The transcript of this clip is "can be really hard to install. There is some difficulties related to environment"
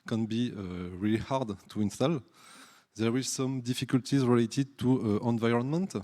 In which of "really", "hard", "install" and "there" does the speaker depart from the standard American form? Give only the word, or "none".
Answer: there